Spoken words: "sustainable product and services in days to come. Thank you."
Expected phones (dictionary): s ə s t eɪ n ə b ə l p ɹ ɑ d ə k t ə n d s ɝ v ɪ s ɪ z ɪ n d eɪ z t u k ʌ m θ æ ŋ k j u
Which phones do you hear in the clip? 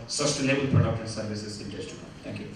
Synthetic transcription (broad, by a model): s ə s t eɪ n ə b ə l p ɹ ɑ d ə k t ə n s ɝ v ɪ s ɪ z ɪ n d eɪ s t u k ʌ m t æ ŋ k j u